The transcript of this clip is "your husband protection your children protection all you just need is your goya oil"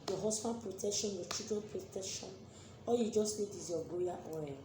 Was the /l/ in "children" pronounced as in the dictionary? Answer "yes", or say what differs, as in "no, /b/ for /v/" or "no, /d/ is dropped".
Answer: no, /l/ is dropped